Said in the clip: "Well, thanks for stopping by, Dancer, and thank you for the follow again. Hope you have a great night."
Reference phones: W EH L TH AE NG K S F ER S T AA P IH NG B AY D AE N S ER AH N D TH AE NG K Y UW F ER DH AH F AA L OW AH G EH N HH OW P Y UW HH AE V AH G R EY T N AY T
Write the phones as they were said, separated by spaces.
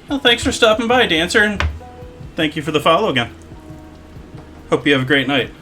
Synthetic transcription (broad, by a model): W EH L TH AE NG K S F ER S T AA P IH NG B AY D AE N S ER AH N TH AE NG K Y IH F ER DH AH F AA L OW AH G EH N HH OW P Y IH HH V AH G R EY T N AY T